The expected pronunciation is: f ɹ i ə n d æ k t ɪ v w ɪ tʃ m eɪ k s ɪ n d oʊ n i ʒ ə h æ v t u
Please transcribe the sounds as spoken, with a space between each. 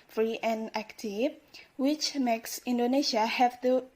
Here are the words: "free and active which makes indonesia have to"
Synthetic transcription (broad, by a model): f ɹ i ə n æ k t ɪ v w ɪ tʃ m eɪ k s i n d oʊ n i ʃ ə h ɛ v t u